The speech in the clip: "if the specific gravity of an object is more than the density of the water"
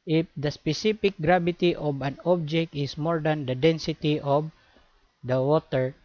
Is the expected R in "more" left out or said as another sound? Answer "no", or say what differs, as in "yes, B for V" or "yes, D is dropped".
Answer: no